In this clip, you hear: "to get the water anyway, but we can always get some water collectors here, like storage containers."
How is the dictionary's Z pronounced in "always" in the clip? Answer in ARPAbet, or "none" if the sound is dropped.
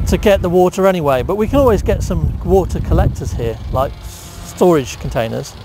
Z